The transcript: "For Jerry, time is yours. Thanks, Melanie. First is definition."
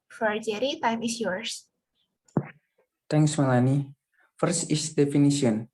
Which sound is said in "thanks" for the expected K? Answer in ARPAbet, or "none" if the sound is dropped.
none